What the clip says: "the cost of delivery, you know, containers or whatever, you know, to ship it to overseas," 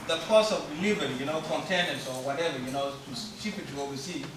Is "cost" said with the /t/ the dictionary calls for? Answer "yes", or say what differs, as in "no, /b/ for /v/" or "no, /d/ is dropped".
no, /t/ is dropped